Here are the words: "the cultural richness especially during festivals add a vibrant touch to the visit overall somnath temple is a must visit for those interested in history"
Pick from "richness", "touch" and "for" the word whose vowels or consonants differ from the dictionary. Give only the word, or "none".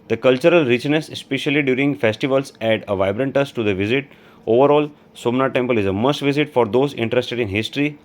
touch